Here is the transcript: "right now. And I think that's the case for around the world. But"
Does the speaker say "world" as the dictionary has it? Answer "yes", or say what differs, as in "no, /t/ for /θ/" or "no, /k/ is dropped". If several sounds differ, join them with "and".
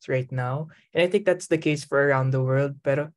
yes